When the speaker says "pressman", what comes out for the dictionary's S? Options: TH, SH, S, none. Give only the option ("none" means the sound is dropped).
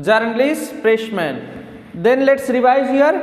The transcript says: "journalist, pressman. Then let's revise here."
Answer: SH